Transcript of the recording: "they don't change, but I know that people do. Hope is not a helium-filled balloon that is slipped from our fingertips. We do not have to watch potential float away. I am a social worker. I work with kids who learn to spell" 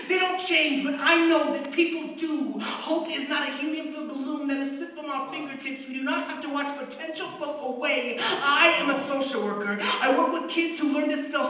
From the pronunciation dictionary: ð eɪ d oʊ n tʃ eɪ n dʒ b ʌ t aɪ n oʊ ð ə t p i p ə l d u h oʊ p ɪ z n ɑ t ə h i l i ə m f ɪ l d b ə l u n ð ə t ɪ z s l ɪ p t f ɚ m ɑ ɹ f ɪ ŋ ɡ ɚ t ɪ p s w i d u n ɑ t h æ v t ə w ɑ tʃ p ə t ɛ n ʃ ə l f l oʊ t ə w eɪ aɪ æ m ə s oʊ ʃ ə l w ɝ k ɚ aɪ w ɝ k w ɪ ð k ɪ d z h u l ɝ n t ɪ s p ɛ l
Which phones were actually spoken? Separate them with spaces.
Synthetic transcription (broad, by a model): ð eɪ d oʊ n tʃ eɪ n dʒ b ʌ t aɪ n oʊ ð ə t p i p l d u h oʊ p ɪ z n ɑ t ə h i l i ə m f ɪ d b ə l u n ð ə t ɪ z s ɪ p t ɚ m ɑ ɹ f ɪ ŋ ɡ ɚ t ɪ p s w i d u n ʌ t h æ f t ə w ɑ tʃ p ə t ɛ n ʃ l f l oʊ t ə w eɪ aɪ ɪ m ə s oʊ ʃ l w ɝ k ɚ aɪ w ɝ k w ɪ ð k ɪ d z h u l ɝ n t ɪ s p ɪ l